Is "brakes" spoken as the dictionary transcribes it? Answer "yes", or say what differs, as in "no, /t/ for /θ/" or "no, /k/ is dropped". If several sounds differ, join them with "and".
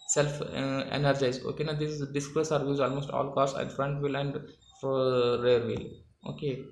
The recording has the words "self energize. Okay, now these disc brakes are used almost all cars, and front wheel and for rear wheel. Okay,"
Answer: no, /k/ is dropped